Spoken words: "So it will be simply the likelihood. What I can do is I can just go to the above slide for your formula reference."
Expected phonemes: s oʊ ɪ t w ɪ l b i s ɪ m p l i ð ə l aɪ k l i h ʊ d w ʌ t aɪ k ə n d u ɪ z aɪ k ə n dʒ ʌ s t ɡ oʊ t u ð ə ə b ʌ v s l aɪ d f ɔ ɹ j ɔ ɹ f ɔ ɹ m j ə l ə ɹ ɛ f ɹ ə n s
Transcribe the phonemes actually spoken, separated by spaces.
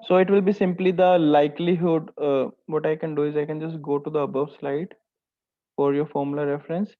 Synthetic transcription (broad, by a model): s oʊ ɪ t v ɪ l b i s ɪ m p l i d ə l aɪ k l i h ʊ d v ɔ t aɪ k ə n d u ɪ z aɪ k ə n dʒ ʌ s t ɡ oʊ t u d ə ə b ʌ v s l aɪ d f ɔ ɹ j ɔ ɹ f ɔ ɹ m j l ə ɹ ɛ f ɹ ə n s